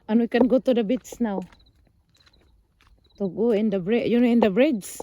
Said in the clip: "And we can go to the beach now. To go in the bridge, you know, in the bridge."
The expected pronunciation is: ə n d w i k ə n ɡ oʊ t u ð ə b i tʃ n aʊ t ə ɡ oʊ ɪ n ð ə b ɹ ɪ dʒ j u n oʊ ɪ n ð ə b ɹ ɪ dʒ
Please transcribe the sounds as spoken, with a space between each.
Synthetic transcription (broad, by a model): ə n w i k ə n ɡ oʊ t u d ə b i s n aʊ t ə ɡ oʊ ɪ n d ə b ɹ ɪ j u n oʊ ɪ n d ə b ɹ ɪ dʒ